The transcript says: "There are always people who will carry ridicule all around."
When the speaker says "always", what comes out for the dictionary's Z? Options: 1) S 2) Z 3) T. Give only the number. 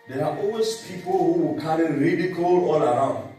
1